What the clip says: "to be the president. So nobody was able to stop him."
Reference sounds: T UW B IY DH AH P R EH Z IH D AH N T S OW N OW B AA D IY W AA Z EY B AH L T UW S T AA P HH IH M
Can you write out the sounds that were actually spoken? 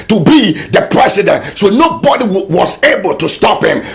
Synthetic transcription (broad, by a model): T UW B IY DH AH P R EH S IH D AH N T S OW N OW B AA D IY W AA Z EY B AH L T UW S T AA P HH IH M